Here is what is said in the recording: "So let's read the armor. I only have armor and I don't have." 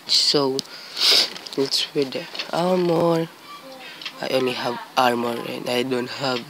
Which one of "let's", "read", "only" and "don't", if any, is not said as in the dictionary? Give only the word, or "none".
read